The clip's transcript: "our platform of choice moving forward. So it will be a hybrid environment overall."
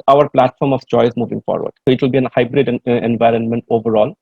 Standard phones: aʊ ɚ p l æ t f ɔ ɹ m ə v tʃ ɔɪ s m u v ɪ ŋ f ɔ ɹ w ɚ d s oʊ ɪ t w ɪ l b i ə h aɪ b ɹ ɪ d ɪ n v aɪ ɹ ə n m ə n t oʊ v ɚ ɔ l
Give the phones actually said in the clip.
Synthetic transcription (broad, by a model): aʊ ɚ p l æ t f ɔ ɹ m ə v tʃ ɔɪ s m u v ɪ ŋ f ɔ ɹ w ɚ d s oʊ ɪ t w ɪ l b i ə h aɪ b ɹ ɪ d ɪ n v aɪ ɹ ə n m ə n t oʊ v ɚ ɔ l